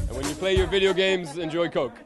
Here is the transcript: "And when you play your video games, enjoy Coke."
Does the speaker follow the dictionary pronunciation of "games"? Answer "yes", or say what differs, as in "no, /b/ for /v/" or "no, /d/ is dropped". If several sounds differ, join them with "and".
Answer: yes